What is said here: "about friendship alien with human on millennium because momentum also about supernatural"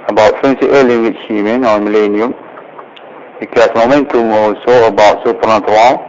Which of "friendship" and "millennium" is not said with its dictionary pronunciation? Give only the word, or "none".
friendship